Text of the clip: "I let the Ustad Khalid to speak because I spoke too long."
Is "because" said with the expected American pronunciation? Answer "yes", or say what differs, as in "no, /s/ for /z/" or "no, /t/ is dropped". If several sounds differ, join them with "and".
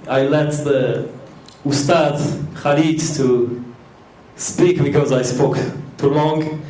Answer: yes